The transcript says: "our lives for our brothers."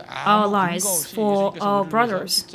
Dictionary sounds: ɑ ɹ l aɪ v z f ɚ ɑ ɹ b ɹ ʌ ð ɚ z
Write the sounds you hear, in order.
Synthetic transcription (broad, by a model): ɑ l aɪ z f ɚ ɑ b ɹ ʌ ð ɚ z